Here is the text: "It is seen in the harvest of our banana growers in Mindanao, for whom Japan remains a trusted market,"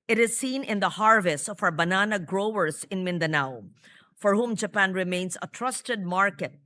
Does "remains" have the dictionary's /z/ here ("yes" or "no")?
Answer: no